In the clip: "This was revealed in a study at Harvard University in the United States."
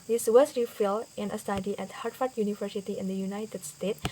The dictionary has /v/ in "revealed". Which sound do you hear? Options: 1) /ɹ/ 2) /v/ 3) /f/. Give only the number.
3